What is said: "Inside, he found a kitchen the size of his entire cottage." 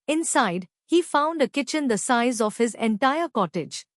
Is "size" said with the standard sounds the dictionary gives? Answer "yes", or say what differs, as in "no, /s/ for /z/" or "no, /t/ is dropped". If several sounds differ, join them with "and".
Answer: yes